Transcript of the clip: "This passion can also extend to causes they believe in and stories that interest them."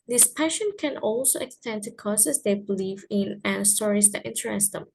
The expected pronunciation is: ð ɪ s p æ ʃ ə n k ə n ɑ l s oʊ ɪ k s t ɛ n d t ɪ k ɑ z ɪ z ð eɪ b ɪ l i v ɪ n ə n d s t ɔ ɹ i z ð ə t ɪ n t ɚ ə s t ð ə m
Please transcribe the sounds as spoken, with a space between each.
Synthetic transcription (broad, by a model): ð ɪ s p æ ʃ ə n k ə n ɑ l s oʊ ɪ k s t ɛ n d t ɪ k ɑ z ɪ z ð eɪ b ɪ l i v ɪ n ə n s t ɔ ɹ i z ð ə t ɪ n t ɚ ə s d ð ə m